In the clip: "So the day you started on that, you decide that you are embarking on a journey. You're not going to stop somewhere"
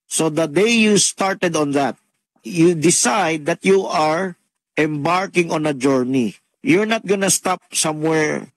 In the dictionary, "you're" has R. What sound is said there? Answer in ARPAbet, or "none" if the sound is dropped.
R